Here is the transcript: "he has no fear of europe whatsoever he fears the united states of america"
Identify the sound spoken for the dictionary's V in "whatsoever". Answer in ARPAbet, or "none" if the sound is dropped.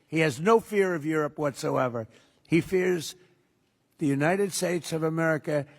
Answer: V